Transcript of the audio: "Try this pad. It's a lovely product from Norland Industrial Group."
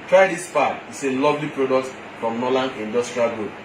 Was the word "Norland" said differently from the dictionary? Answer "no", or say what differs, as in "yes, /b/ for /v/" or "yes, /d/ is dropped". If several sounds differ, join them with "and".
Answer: yes, /d/ is dropped